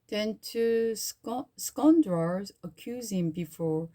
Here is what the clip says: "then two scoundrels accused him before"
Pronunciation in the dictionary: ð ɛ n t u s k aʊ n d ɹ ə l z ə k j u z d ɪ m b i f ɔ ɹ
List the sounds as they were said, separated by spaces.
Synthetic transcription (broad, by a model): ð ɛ n t u s k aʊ n d ɹ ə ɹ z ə k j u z ɪ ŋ b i f ɔ ɹ